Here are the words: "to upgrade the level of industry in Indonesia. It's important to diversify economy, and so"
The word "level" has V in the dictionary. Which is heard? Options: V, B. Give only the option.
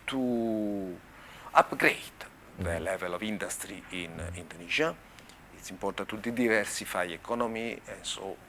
V